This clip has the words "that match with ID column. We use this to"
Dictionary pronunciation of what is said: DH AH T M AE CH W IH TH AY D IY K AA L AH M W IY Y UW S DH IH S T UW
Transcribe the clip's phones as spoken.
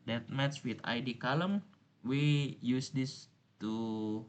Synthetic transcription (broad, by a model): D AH T M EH S W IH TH AY D IY K AA L AH M W IY Y UW S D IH S T UW